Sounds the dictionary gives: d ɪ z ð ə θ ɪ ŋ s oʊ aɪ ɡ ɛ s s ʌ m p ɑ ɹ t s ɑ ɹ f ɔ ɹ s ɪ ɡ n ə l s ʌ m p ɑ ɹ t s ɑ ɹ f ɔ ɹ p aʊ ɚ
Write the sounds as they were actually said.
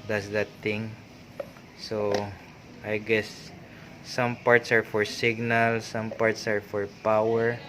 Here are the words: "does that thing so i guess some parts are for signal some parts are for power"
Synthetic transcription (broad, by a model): d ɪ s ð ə t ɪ ŋ s oʊ aɪ ɡ ɛ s s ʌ m p ɑ ɹ t s ɑ ɹ f ɔ ɹ s ɪ ɡ n ə l s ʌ m p ɑ ɹ t s ɑ ɹ f ɔ ɹ p aʊ ɚ